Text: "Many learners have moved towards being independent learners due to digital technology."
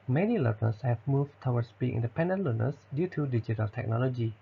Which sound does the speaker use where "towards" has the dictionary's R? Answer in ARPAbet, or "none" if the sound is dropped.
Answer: W